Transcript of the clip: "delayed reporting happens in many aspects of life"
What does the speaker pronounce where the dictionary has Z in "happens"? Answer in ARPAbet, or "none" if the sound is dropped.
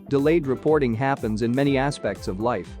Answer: Z